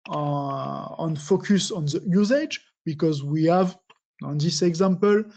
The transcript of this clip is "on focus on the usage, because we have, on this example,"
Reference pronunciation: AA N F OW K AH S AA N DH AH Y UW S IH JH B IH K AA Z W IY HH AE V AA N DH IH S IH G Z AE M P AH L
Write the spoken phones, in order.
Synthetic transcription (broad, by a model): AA N F OW K AH S AA N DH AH Y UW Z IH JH B IH K AA Z W IY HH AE V AA N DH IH S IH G Z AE M P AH L